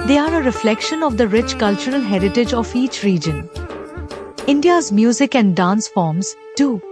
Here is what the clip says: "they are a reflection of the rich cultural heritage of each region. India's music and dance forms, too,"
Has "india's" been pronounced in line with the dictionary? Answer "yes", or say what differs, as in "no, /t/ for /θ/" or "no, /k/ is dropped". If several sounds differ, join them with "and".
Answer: yes